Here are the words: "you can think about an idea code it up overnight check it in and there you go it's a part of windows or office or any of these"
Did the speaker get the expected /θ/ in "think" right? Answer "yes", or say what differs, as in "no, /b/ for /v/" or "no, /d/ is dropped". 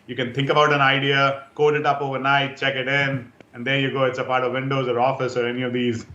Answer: no, /t/ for /θ/